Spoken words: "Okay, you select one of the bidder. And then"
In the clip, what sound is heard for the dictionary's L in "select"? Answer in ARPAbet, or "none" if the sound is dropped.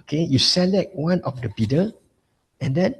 L